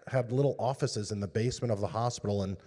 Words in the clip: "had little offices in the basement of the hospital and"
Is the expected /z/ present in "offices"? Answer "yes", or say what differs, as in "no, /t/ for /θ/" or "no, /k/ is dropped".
yes